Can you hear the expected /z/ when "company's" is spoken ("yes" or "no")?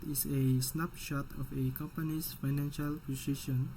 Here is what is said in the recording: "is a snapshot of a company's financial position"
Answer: no